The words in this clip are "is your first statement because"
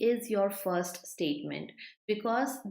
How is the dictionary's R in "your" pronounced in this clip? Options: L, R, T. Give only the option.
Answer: R